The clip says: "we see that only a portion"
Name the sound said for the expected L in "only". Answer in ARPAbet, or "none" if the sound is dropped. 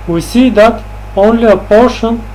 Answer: L